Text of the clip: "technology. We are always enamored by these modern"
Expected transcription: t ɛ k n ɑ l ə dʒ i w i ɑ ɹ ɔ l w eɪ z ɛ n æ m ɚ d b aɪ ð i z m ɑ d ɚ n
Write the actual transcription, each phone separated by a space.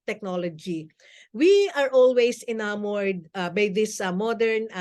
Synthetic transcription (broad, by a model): t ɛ k n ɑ l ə dʒ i w i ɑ ɹ ɔ l w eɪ s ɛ n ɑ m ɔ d b aɪ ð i s m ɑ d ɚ n